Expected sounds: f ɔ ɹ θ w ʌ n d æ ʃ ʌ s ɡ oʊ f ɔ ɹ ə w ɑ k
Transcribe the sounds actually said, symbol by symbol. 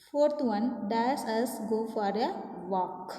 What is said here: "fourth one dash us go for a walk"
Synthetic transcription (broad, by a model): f ɔ ɹ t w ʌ n d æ s ʌ s ɡ oʊ f ɔ ɹ ə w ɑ k